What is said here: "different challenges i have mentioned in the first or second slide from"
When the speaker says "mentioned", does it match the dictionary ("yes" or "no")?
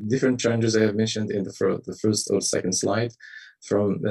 yes